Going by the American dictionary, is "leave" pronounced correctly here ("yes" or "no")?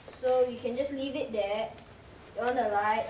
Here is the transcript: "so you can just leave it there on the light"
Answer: yes